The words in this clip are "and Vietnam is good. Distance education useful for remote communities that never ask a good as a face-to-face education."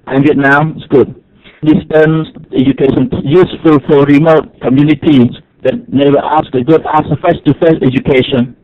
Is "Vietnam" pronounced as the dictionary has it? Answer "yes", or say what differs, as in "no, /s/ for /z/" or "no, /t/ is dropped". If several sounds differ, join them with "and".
no, /m/ is dropped